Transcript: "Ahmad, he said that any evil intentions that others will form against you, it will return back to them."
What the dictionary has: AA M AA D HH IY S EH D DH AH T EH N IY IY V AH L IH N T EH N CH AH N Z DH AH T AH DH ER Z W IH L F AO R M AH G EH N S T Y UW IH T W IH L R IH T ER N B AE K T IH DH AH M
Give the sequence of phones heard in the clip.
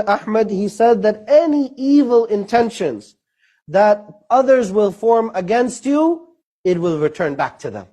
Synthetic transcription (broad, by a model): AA M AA D HH IY S EH D DH AH T EH N IY IY V AH L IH N T EH N SH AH N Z DH AH T AH DH ER Z W IH L F AO R M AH G EH N S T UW IH T W IH L R IH T ER N B AE K T IH DH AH M